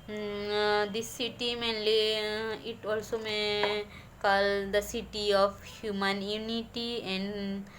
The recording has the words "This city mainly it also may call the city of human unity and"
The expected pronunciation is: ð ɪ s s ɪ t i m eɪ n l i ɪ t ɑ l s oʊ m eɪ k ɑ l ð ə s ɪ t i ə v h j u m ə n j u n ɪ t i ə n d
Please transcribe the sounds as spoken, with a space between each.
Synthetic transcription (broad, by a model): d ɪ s s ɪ t i m eɪ n l i ɪ t ɑ l s oʊ m eɪ k ɑ l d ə s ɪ t i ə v h j u m ə n j u n ɪ t i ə n d